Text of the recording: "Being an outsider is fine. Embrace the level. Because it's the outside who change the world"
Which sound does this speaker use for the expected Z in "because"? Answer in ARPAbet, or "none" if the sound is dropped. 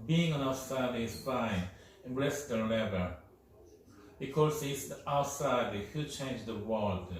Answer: S